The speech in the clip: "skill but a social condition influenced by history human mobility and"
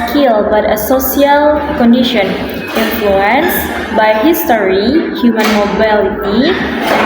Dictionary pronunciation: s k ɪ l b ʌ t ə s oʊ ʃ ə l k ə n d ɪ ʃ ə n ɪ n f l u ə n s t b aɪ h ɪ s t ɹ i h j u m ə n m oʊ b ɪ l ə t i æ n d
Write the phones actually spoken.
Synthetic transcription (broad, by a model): k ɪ l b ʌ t ə s oʊ s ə l k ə n d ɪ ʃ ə n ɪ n f l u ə n s b aɪ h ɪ s t ɹ i h j u m ə n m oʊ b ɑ l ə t i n